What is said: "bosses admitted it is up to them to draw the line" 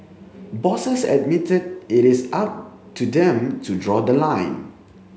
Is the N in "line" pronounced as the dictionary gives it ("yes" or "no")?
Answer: yes